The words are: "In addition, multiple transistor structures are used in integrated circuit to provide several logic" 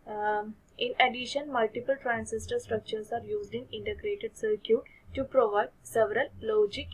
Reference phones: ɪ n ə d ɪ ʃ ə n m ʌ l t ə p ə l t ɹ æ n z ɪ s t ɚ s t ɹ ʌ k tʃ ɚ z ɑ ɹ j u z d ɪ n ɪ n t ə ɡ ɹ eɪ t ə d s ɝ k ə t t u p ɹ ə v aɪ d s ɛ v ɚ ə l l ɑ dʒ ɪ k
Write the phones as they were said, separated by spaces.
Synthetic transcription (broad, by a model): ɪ n ə d ɪ ʃ ə n m ʌ l t ə p ə l t ɹ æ n s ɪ s t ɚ s t ɹ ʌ k tʃ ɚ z ɑ ɹ j u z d ɪ n ɪ n t ə ɡ ɹ eɪ t ə d s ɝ k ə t t u p ɹ ə v aɪ d s ɛ v ɚ ə l l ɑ dʒ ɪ k